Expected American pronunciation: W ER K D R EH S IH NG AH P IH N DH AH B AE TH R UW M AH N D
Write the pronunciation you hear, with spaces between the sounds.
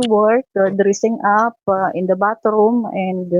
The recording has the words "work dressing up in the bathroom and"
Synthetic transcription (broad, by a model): W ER K D R EH S IH NG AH P IH N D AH B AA T R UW M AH N D